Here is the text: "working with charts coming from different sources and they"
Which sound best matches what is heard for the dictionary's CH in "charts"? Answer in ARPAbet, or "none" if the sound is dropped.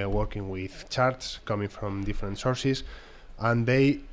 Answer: CH